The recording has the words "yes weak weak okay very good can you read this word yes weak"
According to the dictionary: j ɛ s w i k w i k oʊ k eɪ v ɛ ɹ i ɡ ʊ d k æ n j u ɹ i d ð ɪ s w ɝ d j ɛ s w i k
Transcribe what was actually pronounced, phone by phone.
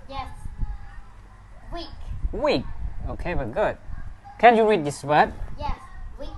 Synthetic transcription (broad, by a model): j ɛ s w i k w i k oʊ k eɪ b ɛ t ɡ ʊ d k æ n j u ɹ i d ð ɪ s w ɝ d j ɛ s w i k